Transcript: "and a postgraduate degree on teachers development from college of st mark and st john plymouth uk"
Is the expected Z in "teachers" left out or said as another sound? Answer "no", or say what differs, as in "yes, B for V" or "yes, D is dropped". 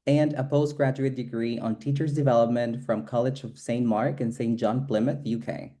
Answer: no